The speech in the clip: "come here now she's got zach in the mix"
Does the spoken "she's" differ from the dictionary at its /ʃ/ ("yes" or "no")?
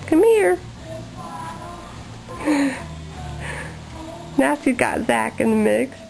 yes